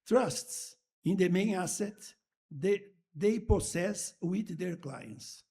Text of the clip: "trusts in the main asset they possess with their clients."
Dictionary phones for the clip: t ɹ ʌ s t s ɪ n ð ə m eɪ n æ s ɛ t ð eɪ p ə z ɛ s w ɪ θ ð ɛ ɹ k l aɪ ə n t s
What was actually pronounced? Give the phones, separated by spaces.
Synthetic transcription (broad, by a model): t ɹ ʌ s t s ɪ n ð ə m eɪ n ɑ s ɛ t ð eɪ p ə s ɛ s w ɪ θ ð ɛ ɹ k l aɪ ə n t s